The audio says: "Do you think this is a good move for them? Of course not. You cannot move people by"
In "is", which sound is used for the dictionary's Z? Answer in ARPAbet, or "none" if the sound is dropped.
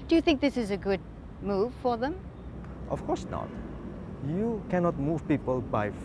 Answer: Z